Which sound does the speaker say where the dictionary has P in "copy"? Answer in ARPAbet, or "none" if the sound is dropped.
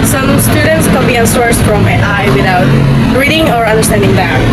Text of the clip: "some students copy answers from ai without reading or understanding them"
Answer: B